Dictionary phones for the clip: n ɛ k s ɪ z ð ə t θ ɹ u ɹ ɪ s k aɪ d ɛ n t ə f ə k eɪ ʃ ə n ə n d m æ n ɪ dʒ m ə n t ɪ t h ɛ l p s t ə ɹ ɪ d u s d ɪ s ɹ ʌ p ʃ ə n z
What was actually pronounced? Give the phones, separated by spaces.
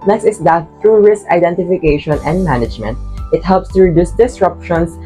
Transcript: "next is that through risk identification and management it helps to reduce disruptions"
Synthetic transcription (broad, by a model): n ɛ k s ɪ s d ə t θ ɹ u ɹ ɪ s k aɪ d ɛ n t ə f ə k eɪ ʃ ə n ə n d m æ n ɪ dʒ m ə n t ɪ t h ɛ l p s t ə ɹ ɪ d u s d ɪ s ɹ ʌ p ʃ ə n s